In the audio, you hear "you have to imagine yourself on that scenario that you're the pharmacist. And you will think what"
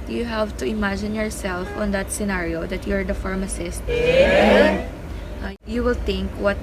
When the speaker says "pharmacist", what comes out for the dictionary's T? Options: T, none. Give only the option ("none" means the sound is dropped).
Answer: none